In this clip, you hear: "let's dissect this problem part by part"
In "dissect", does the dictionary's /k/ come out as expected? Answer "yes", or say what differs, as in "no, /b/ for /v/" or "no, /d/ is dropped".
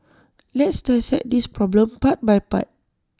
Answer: no, /k/ is dropped